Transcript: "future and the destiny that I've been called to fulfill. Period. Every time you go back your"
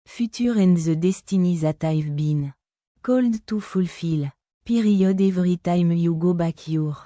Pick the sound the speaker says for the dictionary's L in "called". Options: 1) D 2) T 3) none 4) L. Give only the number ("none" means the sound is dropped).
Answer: 4